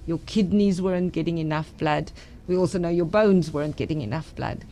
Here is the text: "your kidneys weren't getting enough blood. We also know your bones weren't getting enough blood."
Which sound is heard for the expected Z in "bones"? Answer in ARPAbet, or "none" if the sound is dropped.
Z